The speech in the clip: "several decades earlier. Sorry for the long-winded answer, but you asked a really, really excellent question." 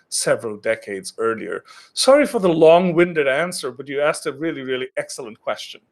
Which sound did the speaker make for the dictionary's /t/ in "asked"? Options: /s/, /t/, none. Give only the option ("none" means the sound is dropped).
/t/